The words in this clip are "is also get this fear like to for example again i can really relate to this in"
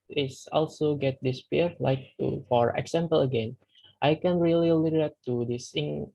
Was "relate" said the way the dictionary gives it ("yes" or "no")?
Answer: no